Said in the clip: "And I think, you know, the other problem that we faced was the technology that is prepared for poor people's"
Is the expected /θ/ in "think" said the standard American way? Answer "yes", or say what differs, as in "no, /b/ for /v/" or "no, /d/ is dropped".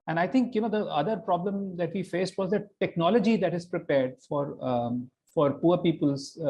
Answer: no, /t/ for /θ/